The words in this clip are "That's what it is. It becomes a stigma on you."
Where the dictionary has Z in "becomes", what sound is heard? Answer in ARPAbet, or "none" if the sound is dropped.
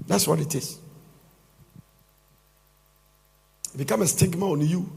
none